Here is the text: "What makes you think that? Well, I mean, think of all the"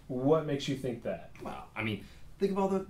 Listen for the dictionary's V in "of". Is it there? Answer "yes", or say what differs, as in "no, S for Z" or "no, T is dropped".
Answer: no, B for V